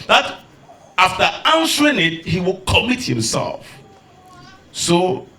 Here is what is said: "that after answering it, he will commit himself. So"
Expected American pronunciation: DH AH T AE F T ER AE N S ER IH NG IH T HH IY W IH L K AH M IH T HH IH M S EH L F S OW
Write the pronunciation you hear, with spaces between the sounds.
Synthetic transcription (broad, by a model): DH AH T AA F T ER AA N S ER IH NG IH T HH IY W IH L K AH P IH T HH IH M S EH L F S OW